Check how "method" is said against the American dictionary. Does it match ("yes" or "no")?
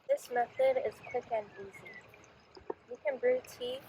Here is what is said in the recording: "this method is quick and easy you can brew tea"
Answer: yes